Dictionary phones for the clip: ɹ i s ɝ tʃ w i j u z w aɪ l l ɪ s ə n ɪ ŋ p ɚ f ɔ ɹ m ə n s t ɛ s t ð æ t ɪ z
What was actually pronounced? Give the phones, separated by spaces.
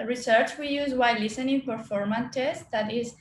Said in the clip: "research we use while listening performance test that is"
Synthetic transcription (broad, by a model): ɹ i s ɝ tʃ w i j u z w aɪ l l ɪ s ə n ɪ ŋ p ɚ f ɔ ɹ m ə n t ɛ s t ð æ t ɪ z